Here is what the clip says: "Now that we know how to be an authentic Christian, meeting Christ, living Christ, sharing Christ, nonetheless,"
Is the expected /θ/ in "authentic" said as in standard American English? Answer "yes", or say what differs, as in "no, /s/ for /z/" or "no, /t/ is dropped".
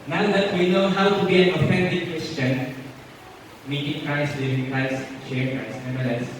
no, /f/ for /θ/